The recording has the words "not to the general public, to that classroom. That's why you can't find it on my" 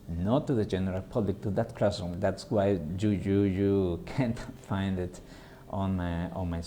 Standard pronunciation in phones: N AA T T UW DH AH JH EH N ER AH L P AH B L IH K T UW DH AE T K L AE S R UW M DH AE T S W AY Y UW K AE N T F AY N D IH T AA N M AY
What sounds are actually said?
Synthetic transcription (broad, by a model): N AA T T UW DH AH JH EH N ER AH L P AH B L IH K T UW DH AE T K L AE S UW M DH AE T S W AY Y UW K AE N T F AY N D IH T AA N M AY